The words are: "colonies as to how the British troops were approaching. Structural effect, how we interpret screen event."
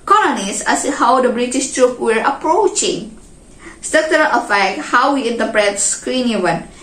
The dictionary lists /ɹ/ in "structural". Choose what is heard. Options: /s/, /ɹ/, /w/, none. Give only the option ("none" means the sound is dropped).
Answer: none